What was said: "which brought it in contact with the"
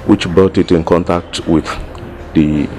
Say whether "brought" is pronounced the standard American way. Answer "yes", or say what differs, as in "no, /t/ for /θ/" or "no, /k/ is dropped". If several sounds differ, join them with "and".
no, /ɹ/ is dropped